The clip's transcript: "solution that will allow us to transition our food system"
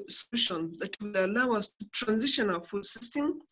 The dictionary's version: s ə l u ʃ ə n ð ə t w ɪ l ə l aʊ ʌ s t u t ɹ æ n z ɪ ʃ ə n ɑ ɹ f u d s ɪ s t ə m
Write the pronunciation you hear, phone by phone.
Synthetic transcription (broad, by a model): s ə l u ʃ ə n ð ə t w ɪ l ə l aʊ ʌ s t u t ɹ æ n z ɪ ʃ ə n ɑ l f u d s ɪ s t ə m